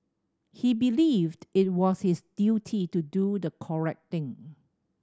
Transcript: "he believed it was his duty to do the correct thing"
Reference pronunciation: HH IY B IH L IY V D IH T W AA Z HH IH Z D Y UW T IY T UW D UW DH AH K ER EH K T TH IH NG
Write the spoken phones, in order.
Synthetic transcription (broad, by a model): HH IY B IH L IY V D IH T W AA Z HH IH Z D Y UW T IY T UW D UW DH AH K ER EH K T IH NG